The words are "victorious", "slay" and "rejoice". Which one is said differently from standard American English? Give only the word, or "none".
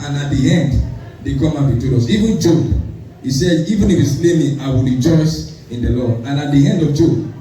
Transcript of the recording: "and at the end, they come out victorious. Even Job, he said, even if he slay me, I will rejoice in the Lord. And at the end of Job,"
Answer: victorious